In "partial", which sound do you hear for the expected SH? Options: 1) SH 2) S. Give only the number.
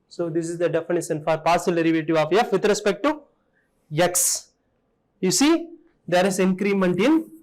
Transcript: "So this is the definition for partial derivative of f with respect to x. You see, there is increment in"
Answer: 2